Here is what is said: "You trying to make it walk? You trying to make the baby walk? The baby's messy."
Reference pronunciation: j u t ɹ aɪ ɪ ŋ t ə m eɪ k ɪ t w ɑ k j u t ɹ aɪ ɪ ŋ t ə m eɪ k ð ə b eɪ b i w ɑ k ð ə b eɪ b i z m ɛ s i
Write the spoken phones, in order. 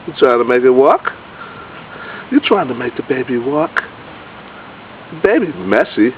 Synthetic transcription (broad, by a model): j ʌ t ɹ aɪ ɪ ŋ t ə m eɪ k ɪ t w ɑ k j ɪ t ɹ aɪ ɪ ŋ t ə m eɪ k ð ə b eɪ b i w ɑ k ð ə b eɪ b i m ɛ s i